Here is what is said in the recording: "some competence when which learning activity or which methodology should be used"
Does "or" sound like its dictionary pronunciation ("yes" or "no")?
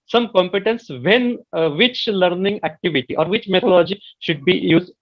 yes